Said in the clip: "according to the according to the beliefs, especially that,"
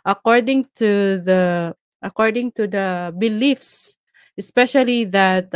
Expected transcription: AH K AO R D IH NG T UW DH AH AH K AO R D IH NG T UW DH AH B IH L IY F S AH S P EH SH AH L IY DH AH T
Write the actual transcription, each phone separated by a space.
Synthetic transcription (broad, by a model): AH K AO R D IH NG T UW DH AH AH K AO R D IH NG T UW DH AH B IH L IY F S AH S P EH SH AH L IY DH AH T